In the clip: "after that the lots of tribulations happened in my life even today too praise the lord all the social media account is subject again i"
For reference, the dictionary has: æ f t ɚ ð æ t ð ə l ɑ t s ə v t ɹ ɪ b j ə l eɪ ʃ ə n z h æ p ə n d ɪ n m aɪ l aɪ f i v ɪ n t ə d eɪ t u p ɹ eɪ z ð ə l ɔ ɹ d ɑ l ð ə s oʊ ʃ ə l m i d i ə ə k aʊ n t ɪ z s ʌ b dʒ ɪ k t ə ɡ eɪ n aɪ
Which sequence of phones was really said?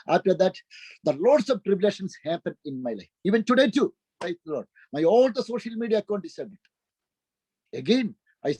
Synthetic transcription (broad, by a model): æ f t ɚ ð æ t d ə l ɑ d s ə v t ɹ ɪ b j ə l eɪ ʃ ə n s h æ p ə n d ɪ n m aɪ l aɪ f i v ɪ n t ə d eɪ t u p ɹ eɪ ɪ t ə l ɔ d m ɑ l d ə s oʊ ʃ ə l m i d i ə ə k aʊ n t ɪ s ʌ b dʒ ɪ t ə ɡ eɪ n aɪ